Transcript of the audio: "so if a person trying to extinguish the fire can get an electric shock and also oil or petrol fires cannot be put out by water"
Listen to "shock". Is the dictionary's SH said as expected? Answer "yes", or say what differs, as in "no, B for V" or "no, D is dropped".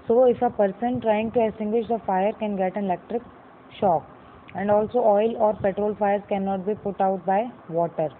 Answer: yes